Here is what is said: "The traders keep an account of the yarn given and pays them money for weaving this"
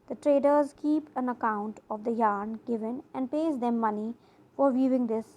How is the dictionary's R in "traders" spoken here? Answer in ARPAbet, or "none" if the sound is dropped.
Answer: R